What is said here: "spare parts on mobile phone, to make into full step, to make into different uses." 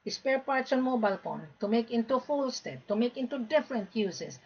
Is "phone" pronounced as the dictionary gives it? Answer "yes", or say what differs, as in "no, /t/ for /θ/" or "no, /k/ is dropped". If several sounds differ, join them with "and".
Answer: no, /p/ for /f/